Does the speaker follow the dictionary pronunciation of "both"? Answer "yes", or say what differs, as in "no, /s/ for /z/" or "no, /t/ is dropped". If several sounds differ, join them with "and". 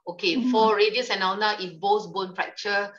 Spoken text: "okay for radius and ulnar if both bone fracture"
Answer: no, /s/ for /θ/